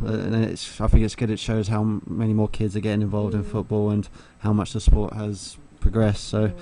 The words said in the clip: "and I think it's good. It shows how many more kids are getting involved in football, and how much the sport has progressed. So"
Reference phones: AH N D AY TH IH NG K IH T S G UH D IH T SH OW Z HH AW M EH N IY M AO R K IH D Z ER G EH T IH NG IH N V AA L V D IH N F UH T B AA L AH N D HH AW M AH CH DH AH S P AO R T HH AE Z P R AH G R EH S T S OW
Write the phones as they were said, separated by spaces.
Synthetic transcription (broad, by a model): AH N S AY TH IH NG K IH T S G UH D IH T SH OW Z HH AW M EH N IY M AO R K IH D Z ER G EH T IH NG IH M V AA L V D IH N F UH T B AA L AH N HH AW M AH CH DH AH S P AO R T HH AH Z P R AH G R EH S T S OW